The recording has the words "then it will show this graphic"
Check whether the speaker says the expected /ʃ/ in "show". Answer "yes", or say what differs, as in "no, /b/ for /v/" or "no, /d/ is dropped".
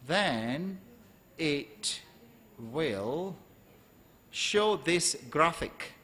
yes